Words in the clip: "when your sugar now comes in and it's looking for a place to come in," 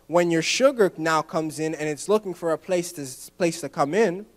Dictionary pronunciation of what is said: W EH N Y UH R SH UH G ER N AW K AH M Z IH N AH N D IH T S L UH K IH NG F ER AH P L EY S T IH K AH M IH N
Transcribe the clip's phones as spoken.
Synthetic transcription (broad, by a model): W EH N Y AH R SH UH G ER N AW K AH M Z IH N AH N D IH T S L UH K IH NG F ER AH P L EY S T IH K AH M IH N